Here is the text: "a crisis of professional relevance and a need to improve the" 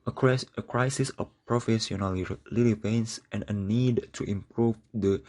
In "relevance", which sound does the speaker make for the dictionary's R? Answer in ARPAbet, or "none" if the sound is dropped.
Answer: L